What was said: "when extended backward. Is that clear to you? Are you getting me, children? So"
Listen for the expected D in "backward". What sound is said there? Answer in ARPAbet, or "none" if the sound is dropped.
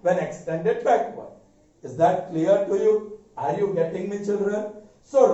none